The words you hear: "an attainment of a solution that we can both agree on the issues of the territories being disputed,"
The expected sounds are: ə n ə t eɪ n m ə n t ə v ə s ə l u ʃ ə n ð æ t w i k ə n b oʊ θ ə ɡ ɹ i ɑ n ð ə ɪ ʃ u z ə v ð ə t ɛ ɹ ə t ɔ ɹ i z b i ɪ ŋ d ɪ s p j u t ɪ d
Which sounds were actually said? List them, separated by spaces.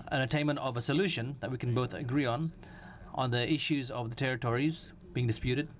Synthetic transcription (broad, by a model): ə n ə t eɪ n m ə n t ə v ə s ə l u ʃ ə n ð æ t w i k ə n b oʊ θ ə ɡ ɹ i ɑ n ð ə ɪ ʃ u z ə v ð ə t ɛ ɹ ə t ɔ ɹ i z b i ɪ ŋ d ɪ s p j u t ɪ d